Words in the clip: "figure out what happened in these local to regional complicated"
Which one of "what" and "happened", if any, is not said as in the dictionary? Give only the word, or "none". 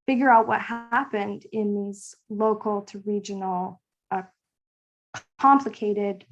none